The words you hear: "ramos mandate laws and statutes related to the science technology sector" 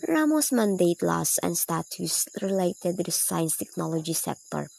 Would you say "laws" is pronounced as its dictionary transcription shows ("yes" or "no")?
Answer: no